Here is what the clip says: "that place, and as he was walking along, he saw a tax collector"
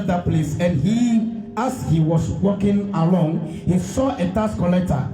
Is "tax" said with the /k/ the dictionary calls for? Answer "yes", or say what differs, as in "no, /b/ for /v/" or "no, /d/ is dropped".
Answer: no, /k/ is dropped